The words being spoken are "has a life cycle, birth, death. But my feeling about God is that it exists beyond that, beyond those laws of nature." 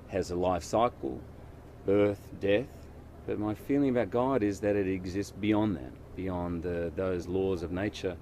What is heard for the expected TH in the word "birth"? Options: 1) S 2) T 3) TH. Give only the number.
3